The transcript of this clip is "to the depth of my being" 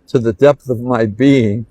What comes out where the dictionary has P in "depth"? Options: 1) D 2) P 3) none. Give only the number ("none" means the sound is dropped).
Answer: 2